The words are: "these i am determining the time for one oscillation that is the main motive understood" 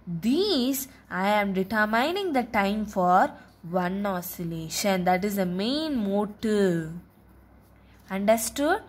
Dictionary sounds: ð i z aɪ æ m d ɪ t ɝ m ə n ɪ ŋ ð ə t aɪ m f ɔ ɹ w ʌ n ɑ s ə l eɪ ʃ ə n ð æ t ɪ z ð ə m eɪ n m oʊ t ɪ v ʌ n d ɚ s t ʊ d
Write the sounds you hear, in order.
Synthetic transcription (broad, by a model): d i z aɪ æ m d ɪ t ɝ m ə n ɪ ŋ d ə t aɪ m f ɔ ɹ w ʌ n ɑ s ə l eɪ ʃ ə n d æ t ɪ z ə m eɪ n m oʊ t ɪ ʌ n d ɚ s t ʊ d